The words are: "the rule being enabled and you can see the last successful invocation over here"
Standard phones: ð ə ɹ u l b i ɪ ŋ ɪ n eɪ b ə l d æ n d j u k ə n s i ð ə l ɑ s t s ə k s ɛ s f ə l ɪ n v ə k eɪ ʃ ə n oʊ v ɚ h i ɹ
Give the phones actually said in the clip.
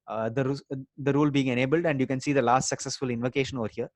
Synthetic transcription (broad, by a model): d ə ɹ u l b i ɪ ŋ ɪ n eɪ b ə l d æ n d j u k ə n s i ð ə l ɑ s t s ə k s ɛ s f ə l ɪ n v ə k eɪ ʃ ə n oʊ v ɚ h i ɹ